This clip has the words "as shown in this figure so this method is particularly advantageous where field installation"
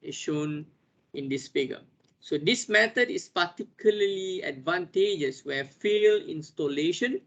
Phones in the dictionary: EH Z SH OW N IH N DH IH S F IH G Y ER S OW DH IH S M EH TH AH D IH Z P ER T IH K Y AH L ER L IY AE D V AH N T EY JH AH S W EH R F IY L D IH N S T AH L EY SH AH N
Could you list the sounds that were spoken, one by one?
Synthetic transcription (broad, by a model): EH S SH OW N IH N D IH S F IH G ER S OW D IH S M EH T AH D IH S P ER T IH K Y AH L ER L IY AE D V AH N T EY JH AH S W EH F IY L IH N S T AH L EY SH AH N